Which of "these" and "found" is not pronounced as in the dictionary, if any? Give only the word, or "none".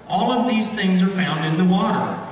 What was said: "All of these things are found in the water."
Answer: none